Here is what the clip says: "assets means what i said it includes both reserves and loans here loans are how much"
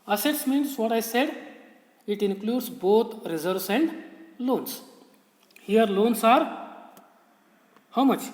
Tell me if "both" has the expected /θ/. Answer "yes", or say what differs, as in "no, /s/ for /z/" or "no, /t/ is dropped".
no, /t/ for /θ/